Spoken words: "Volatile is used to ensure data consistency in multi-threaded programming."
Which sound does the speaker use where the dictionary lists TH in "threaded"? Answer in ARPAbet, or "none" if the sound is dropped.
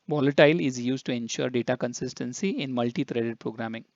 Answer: T